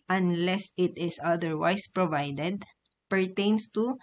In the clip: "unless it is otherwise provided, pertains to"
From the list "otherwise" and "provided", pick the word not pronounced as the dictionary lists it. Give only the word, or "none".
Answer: otherwise